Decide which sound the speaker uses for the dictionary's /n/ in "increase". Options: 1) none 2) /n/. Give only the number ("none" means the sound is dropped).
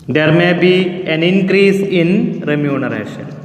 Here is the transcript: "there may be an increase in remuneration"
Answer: 2